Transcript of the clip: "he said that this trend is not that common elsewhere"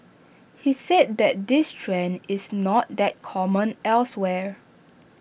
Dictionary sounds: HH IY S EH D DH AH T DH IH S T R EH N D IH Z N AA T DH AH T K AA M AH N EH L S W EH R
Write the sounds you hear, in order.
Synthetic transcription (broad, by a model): HH IY S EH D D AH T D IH S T R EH N IH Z N AA T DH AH T K AA M AH N EH L S W EH R